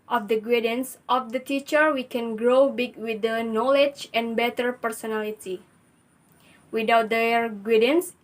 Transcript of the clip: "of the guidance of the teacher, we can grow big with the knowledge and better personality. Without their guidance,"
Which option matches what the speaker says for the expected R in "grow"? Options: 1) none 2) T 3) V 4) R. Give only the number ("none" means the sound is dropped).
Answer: 4